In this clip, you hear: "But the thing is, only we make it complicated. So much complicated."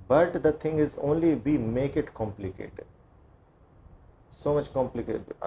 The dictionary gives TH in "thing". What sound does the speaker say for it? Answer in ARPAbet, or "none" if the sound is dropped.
T